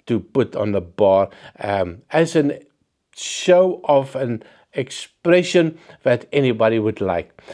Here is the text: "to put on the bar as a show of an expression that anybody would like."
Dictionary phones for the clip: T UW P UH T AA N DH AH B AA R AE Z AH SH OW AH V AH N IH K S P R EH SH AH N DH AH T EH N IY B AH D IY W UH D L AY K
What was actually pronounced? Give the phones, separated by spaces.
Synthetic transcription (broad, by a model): T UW P UH T AA N DH AH B AA R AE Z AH SH OW AH V AH N IH K S P R EH SH AH N DH AH T EH N IY B AH D IY W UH D L AY K